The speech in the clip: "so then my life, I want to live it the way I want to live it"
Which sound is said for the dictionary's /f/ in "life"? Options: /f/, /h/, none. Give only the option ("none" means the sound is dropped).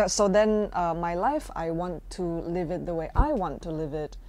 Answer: /f/